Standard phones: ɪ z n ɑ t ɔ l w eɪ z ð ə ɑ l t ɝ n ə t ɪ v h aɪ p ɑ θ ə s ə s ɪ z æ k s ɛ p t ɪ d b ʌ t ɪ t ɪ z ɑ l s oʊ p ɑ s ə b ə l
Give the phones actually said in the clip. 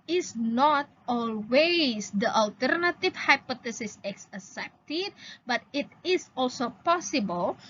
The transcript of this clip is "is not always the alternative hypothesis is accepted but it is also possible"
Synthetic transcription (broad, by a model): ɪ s n ɑ t ɔ l w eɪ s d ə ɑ l t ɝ n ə t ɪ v h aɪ p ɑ t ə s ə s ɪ s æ s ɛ p t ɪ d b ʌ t ɪ t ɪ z ɑ l s oʊ p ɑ s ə b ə l